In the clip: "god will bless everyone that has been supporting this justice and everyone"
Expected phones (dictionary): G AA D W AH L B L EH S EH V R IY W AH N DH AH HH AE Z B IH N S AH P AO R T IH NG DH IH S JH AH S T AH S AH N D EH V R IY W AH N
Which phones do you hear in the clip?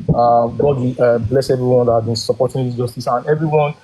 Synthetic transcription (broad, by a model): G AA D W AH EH B L EH S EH V R IY W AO N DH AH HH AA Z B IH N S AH P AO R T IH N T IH JH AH S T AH S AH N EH V R IY W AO N